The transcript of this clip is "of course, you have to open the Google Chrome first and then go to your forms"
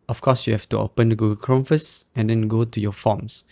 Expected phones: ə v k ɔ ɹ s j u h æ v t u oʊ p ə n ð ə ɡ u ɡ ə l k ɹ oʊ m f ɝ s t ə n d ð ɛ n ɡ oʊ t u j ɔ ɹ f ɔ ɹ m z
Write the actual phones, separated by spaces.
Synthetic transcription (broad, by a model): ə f k ɔ s j u h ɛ f t u oʊ p ə n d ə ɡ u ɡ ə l k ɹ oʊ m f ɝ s ə n d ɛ n ɡ oʊ t u j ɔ f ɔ m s